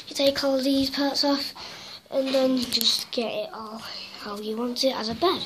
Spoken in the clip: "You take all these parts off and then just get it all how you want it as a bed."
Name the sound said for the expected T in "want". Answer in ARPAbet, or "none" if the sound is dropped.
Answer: T